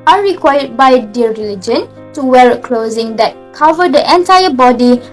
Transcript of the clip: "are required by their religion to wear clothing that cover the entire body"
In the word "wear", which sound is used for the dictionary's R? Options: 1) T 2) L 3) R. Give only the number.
2